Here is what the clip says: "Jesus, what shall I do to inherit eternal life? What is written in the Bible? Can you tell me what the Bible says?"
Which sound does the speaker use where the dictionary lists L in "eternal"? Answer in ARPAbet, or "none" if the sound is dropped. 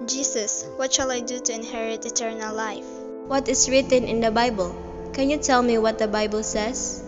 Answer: L